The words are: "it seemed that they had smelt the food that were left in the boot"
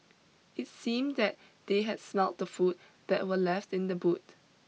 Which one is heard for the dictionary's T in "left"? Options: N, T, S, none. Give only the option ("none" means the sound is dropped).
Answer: T